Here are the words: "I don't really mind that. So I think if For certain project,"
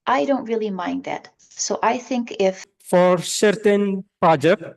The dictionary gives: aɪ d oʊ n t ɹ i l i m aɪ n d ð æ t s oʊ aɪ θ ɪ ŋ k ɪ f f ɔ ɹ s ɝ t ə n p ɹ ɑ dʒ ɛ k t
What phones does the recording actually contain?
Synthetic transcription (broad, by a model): aɪ d oʊ n t ɹ i l i m aɪ n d ð æ t s oʊ aɪ θ ɪ ŋ k ɪ f f ɔ ɹ s ɝ t ə n p ɹ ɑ dʒ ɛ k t